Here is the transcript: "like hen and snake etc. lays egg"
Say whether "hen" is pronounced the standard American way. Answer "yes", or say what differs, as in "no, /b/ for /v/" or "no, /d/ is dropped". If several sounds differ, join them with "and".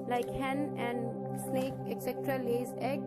yes